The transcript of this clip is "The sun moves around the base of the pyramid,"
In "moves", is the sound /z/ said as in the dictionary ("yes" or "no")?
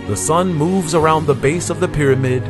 yes